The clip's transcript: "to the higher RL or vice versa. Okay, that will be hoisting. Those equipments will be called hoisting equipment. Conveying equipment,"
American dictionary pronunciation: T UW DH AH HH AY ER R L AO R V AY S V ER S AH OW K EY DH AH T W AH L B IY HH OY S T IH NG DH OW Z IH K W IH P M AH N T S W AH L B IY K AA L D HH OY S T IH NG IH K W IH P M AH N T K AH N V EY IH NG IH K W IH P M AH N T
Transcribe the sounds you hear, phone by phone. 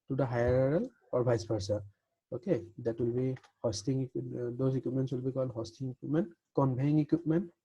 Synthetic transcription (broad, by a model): T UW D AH HH AY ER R L AO R B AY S P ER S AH OW K EY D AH T W AH L B IY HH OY S T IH NG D OW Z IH K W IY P M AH N S W AH L B IY K AA L D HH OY S T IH NG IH K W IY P M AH N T K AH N B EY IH NG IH K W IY P M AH N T